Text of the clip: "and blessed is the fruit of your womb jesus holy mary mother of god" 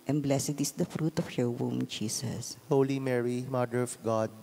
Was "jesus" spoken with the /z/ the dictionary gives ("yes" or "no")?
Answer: no